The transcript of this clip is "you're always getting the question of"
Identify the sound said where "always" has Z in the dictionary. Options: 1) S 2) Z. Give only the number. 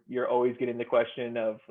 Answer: 2